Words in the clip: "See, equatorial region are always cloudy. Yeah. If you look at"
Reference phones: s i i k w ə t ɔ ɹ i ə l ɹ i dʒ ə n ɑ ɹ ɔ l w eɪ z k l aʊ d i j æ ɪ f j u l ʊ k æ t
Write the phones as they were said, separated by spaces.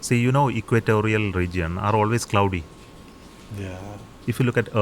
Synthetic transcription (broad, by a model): s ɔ i k w ə t ɔ ɹ i ə l ɹ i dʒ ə n ɑ ɹ ɔ l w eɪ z k l aʊ d i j ɪ f j u l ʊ k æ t